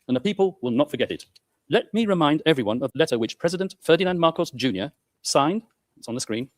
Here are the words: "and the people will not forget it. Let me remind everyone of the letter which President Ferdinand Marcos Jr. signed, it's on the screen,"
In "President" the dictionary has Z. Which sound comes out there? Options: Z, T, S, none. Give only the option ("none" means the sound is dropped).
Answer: Z